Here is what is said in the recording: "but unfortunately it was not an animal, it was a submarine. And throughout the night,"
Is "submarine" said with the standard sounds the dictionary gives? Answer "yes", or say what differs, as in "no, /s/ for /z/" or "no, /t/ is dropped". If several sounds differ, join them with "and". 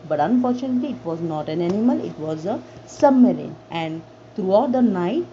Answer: no, /b/ is dropped